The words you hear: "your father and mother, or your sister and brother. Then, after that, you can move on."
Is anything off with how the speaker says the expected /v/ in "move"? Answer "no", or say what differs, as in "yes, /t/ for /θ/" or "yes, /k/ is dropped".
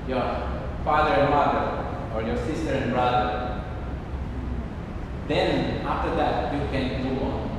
yes, /w/ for /v/